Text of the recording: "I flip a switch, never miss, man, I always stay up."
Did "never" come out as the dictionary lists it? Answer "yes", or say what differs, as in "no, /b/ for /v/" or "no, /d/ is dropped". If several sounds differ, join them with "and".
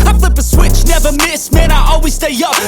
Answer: yes